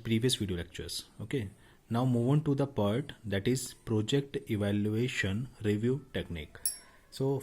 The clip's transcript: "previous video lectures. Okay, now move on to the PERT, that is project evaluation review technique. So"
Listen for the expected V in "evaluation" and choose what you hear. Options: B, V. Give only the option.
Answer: V